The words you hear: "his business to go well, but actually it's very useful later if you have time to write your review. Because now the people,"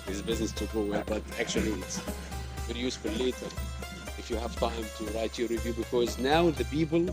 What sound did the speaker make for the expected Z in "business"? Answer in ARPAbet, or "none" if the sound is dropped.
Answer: Z